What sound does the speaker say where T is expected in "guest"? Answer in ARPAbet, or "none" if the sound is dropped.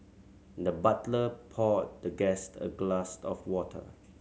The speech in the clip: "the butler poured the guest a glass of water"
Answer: T